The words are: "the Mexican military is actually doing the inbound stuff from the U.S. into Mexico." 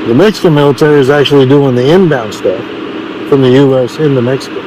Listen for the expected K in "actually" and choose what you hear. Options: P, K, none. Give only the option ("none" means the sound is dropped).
K